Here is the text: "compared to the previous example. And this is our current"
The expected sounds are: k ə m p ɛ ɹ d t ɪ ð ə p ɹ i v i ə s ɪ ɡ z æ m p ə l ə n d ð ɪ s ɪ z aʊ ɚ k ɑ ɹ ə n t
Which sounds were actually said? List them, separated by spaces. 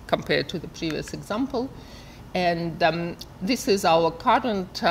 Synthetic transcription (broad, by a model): k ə m p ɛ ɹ d t ɪ ð ə p ɹ i v i ə s ɪ ɡ z æ m p ə l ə n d ð ɪ s ɪ z aʊ ɚ k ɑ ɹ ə n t